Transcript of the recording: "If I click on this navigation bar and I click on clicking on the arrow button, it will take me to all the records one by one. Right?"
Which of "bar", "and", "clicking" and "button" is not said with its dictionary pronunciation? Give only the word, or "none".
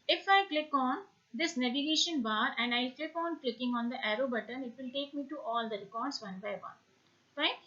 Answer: none